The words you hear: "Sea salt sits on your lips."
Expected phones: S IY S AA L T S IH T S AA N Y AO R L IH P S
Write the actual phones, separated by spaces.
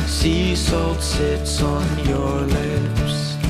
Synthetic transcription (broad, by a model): S IY S AA L T S IH T S N Y AO R L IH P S